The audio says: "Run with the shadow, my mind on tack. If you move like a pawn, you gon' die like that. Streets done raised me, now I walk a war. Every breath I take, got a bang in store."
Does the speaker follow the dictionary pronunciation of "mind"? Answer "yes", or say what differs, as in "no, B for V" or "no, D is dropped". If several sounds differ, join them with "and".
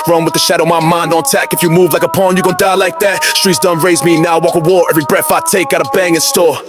yes